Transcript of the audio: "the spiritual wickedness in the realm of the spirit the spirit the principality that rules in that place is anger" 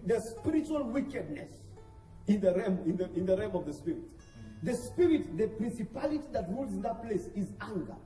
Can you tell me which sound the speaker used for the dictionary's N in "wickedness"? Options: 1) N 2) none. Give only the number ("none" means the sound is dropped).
1